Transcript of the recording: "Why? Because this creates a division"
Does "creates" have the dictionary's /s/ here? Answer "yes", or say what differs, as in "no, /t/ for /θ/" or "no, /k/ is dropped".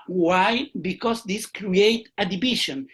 no, /s/ is dropped